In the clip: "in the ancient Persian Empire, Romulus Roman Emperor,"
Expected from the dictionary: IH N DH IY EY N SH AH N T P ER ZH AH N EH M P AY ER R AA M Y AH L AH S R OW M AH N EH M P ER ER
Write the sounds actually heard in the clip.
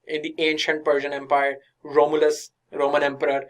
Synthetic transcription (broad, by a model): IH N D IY EY N SH AH N T P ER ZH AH N EH M P AY ER R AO M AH L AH S R OW M AH N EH M P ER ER